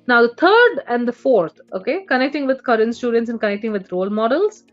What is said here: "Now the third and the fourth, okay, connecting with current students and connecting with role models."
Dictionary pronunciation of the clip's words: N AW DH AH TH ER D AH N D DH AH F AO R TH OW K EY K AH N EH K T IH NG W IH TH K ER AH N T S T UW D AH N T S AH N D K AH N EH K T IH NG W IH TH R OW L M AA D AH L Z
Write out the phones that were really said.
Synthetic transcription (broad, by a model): N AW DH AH T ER D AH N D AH F AO R T OW K EY K AH N EH K T IH NG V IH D K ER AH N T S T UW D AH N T S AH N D K AH N EH K T IH NG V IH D R OW L M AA D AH L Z